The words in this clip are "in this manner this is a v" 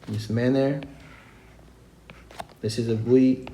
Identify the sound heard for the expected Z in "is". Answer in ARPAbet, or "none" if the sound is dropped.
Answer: Z